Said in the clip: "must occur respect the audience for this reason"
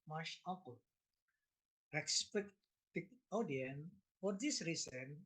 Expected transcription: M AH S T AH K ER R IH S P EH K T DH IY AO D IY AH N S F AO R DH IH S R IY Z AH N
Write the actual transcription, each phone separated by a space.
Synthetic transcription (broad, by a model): M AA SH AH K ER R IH S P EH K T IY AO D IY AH N F AO R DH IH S R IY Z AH N